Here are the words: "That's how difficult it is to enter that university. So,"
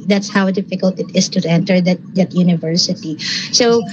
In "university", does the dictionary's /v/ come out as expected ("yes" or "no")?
yes